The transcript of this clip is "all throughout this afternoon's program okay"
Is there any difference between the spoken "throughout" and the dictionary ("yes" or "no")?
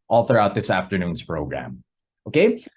no